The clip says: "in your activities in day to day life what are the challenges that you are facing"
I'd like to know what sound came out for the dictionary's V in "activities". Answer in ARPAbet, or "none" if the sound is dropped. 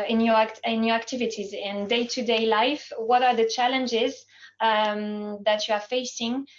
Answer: V